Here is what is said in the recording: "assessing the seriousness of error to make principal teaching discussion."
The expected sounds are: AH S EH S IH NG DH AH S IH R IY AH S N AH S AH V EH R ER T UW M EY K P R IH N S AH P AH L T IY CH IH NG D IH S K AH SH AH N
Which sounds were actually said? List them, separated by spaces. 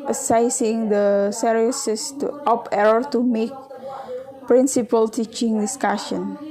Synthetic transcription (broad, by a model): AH S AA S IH NG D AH S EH R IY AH S AH S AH P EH R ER T UW M EY K P R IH N S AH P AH L T IY CH IH NG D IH S K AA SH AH N